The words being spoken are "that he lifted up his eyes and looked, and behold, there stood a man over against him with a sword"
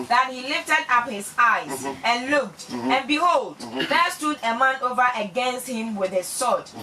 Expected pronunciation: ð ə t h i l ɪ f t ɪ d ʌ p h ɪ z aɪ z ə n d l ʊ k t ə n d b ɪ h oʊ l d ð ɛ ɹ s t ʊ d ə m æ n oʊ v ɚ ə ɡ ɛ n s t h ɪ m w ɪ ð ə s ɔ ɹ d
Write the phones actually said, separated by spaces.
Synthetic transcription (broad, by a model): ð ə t h i l ɪ f t ɪ d ʌ p h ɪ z aɪ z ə n l ʊ k t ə n b ɪ h oʊ l d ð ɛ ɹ s t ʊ d ə m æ n oʊ v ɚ ə ɡ ɛ n s t h ɪ m w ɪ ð ə s ɔ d